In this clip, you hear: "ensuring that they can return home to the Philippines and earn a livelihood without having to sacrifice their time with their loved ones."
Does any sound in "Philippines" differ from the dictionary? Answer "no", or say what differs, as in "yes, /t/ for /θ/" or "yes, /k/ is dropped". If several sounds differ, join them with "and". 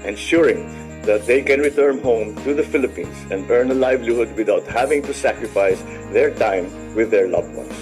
yes, /s/ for /z/